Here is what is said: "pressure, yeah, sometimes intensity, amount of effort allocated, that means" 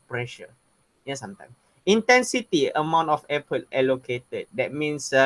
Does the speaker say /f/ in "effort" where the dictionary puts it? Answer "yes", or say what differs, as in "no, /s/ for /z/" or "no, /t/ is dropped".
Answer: no, /p/ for /f/